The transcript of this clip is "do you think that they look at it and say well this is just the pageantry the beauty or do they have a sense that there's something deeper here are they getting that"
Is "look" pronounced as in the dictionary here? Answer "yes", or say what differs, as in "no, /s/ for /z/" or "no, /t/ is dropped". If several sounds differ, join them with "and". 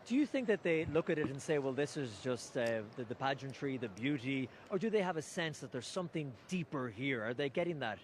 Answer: yes